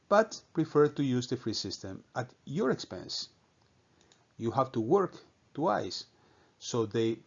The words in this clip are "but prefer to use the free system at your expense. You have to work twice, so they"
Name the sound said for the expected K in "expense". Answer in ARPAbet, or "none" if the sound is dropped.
K